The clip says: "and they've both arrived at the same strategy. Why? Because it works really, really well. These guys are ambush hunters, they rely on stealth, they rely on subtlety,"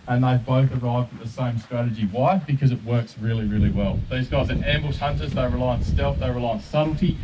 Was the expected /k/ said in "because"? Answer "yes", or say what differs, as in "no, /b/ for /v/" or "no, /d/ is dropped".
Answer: yes